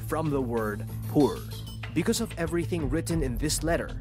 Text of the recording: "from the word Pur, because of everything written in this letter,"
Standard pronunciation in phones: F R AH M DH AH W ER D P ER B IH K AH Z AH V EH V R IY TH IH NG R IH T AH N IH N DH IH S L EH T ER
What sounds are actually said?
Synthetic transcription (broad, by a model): F R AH M DH AH W ER D P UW B IH K AH Z AH V EH V R IY TH IH NG R IH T N IH N DH IH S L EH T ER